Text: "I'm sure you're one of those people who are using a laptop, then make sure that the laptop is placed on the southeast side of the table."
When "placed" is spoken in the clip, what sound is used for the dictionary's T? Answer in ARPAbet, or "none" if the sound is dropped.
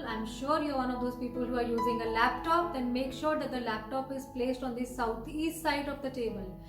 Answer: T